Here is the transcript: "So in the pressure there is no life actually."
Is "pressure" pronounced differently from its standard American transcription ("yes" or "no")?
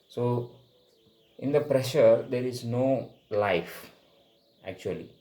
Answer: no